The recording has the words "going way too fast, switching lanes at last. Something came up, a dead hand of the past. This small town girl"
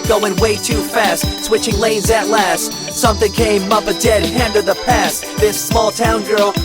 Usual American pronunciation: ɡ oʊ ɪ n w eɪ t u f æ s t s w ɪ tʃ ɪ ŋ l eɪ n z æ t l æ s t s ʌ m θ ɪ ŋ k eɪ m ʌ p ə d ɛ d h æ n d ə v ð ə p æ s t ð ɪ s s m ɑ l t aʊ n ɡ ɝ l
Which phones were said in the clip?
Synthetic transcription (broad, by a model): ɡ oʊ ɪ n w eɪ t u f æ s t s w ɪ tʃ ɪ ŋ l eɪ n z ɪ t l æ s t s ʌ m θ ɪ ŋ k eɪ m ʌ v ə d ɛ d h æ n d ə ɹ ð ə p æ s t ð ɪ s s m ɑ l t aʊ n ɡ ɝ l